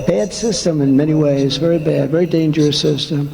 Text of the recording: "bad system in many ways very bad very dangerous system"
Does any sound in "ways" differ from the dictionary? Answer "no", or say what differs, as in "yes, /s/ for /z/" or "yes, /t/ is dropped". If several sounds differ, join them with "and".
no